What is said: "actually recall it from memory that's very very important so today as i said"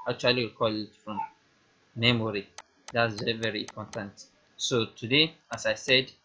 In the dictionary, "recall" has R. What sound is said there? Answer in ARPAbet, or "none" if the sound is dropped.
W